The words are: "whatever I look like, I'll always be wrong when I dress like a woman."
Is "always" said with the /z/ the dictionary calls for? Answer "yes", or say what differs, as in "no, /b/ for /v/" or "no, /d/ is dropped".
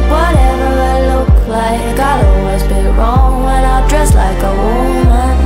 yes